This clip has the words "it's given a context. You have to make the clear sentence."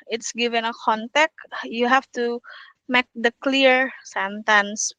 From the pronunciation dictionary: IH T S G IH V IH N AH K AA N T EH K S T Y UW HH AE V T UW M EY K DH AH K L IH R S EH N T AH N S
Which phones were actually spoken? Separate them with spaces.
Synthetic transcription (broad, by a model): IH T S G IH V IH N AH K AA N T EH K T Y UW HH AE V T UW M EY K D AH K L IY R S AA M T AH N S